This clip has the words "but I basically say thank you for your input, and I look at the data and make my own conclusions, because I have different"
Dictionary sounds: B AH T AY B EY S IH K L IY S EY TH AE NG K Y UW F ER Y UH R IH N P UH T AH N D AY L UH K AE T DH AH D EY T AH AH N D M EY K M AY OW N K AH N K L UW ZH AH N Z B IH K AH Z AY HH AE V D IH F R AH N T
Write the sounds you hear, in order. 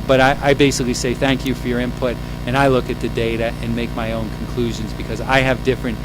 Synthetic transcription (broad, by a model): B AH T AY B EY S IH K L IY S EY TH AE NG K Y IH F ER Y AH R IH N P UH T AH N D AY L UH K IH T DH AH D EY T AH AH N M EY K M AY OW N K N K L UW ZH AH N Z B IH K AH Z AY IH V D IH F R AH N T